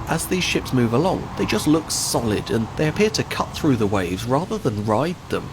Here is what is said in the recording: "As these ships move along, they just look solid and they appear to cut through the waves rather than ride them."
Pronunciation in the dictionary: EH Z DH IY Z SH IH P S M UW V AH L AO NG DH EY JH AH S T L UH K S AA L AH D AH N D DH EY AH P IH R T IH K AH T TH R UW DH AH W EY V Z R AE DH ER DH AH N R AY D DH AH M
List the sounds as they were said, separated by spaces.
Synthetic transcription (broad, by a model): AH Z DH IY Z SH IH P S M UW V AH L AO NG DH EY JH AH S T L UH K S AA L AH D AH N DH EY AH P IH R T IH K AH T TH R UW DH AH W EY V Z R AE DH ER DH AH N R AY D DH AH M